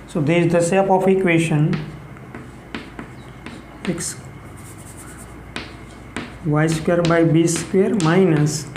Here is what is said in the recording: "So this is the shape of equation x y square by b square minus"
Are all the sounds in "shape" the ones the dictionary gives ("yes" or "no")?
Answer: no